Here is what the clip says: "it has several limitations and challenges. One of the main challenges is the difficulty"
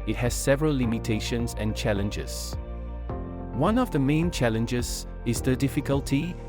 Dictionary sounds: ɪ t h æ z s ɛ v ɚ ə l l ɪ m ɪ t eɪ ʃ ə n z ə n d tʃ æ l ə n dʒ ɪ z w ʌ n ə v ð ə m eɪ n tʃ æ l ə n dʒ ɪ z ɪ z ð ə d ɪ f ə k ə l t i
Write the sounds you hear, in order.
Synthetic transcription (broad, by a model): ɪ t h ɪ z s ɛ v ɚ ə l l ɪ m ɪ t eɪ ʃ ə n z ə n tʃ æ l ə n dʒ ɪ z w ʌ n ə v ð ə m eɪ n tʃ æ l ə n dʒ ɪ z ɪ z ð ə d ɪ f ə k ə l t i